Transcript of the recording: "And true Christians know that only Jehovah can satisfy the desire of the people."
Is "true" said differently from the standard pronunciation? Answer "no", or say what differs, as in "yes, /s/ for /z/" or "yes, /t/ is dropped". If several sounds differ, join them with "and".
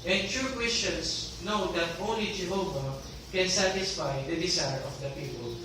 yes, /ɹ/ is dropped